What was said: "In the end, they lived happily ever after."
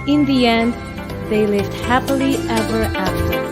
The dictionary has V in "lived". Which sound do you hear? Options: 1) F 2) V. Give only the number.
2